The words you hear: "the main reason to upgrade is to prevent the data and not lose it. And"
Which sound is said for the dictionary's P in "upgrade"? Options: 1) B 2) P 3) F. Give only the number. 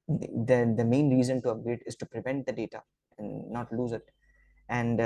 1